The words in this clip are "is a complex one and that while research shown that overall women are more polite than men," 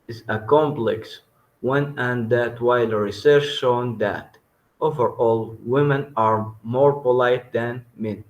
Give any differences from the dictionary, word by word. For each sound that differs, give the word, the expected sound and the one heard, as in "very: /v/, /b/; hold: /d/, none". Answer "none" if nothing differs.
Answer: none